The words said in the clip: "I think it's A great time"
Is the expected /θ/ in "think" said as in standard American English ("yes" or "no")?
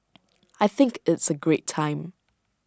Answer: yes